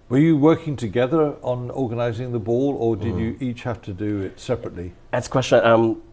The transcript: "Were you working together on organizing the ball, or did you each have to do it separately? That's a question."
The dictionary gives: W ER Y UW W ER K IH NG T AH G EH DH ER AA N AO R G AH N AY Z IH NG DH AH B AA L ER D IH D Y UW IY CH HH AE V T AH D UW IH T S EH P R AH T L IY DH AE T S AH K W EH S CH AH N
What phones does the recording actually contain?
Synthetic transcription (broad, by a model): W ER Y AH W ER K IH NG T AH G EH DH ER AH N AO R G AH N AY Z IH NG DH AH B AA L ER D IH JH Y IY CH HH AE F T AH D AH IH T S EH P R AH T L IY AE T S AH K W EH S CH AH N